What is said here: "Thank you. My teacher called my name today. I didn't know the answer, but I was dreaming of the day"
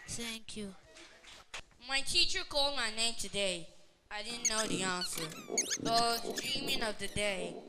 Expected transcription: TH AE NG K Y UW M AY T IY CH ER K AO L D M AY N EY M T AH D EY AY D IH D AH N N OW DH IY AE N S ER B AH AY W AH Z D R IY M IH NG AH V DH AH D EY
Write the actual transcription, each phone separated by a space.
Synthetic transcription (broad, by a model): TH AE NG K Y UW M AY T IY CH ER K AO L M AY N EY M T AH D EY AY D IH D N N OW DH IY AE N S ER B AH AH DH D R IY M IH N AH V DH AH D EY